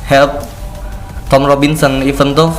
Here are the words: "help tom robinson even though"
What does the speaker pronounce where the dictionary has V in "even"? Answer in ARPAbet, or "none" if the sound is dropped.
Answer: F